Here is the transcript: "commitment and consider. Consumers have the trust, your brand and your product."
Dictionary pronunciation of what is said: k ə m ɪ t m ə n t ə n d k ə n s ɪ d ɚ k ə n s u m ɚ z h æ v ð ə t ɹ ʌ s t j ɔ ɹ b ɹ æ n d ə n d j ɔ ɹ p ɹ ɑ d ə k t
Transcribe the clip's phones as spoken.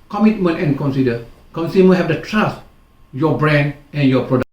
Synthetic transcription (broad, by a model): k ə m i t m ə n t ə n k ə n s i d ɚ k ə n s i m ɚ h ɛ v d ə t ɹ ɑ s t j ɔ b ɹ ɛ n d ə n j ɔ p ɹ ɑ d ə